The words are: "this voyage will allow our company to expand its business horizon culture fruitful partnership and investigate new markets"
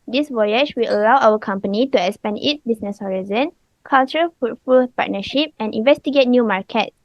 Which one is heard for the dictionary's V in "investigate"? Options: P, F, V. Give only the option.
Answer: V